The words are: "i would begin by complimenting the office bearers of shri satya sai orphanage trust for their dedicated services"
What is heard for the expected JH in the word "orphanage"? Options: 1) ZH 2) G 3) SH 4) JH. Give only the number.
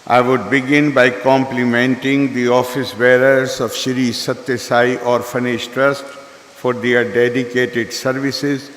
3